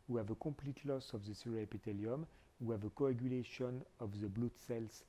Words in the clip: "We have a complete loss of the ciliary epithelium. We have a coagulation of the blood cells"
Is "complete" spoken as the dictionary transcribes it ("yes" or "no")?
no